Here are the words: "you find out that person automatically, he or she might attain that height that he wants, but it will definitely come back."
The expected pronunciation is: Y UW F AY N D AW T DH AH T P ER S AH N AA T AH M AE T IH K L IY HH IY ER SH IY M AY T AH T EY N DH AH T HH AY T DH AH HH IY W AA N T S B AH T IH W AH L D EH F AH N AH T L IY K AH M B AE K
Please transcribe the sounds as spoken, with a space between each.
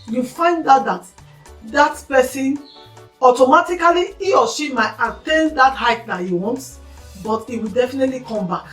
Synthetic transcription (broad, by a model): Y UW F AY N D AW T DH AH T P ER S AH N AA T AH M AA T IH K L IY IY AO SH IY M AY T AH T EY N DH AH T HH AY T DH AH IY W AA N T B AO T IH W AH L D EH F AH N AH T L IY K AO M B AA K